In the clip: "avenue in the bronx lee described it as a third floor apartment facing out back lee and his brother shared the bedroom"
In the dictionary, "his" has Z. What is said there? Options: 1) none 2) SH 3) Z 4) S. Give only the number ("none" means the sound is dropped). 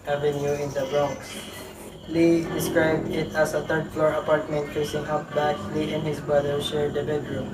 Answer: 4